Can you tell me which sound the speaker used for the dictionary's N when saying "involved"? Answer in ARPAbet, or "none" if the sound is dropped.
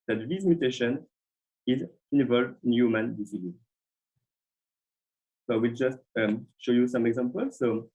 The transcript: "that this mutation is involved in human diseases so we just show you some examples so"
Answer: N